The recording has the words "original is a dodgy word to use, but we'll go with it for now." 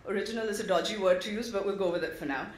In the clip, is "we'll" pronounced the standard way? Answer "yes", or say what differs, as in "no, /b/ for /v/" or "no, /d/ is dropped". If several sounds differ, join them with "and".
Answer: yes